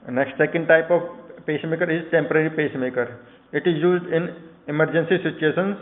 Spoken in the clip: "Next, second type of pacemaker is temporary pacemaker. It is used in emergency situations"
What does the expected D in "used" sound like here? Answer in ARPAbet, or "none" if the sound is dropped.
D